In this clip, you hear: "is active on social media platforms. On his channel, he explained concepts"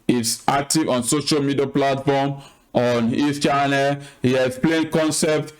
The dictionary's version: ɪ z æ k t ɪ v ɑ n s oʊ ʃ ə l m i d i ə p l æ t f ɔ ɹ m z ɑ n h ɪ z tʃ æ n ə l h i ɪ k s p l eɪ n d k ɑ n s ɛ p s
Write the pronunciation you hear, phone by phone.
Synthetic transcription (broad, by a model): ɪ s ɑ k t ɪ v ɑ n s oʊ ʃ ə l m i d i ə p l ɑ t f ɔ m ɑ n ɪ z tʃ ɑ n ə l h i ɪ s p l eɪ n k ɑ n s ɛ p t